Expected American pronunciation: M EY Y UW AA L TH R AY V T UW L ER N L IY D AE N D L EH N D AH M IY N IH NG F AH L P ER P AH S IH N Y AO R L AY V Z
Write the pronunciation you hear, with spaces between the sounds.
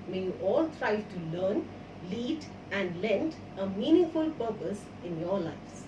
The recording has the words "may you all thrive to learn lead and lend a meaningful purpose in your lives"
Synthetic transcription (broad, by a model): M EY Y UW AA L T R AY T UW L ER N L IY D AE N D L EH N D AH M IY N IH NG F AH L P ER P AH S IH N Y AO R L AY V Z